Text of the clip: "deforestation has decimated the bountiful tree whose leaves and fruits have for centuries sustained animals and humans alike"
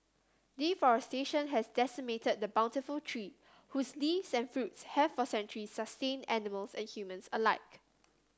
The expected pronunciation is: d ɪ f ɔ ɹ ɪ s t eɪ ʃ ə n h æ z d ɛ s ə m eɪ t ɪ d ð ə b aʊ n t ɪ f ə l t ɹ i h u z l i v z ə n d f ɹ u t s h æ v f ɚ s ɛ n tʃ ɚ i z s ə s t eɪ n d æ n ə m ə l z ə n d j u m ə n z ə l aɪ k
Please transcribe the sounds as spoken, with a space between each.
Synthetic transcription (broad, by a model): d ɪ f ɔ ɹ ɪ s t eɪ ʃ ə n h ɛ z d ɛ s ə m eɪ t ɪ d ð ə b aʊ n t ɪ f ə l t ɹ i h u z l i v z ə n f ɹ u t s h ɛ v f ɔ s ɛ n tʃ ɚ i s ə s t eɪ n æ n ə m ə l s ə n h j u m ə n s ə l aɪ k